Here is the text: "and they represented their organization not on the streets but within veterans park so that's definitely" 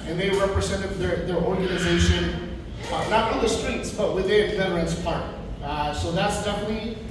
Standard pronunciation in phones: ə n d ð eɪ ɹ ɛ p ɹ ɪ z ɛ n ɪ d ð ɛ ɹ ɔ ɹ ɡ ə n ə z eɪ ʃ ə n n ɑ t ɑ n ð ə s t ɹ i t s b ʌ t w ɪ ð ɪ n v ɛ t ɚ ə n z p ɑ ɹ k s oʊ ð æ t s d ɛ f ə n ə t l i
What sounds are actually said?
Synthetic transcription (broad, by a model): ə n ð eɪ ɹ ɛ p ɹ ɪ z ɛ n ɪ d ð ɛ ɹ ɔ ɹ ɡ ə n ə z eɪ ʃ ə n n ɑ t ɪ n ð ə s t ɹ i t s b ʌ t w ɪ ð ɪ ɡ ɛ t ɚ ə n s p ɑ ɹ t s oʊ ð æ t s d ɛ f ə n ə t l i